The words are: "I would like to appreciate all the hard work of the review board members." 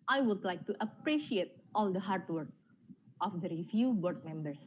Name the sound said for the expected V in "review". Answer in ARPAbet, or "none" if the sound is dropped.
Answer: F